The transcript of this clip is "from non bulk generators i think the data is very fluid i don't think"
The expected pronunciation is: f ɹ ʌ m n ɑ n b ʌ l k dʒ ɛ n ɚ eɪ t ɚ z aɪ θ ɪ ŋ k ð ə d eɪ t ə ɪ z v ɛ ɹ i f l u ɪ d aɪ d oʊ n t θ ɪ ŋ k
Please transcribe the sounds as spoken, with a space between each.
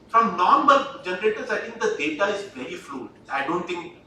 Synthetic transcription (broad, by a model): f ɹ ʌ m n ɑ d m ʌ l dʒ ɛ n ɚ eɪ t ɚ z aɪ t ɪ ŋ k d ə d eɪ t ə ɪ z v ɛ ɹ i f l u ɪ ɪ d oʊ n t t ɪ ŋ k